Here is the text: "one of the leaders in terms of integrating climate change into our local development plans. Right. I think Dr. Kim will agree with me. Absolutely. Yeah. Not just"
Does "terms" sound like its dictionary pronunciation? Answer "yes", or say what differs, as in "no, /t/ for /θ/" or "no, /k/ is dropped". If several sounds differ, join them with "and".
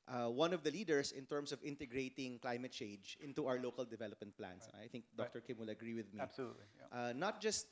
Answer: no, /s/ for /z/